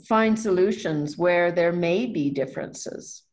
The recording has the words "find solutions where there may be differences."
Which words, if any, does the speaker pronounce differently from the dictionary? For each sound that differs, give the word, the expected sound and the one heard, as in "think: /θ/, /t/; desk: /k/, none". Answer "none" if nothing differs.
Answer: none